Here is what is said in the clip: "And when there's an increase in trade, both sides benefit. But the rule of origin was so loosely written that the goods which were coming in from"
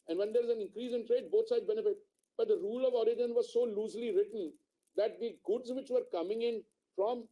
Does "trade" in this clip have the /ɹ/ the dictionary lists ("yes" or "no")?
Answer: yes